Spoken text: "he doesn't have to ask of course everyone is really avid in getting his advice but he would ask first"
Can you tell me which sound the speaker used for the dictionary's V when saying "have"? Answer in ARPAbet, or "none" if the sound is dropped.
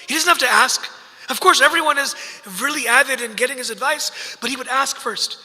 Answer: F